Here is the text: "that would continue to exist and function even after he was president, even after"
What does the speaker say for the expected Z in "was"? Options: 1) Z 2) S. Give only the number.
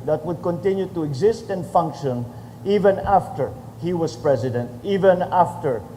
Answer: 2